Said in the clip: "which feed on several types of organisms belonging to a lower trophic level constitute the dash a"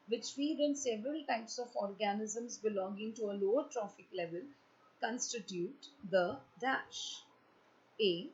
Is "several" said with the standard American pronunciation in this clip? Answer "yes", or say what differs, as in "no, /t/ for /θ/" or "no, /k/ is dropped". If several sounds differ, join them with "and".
yes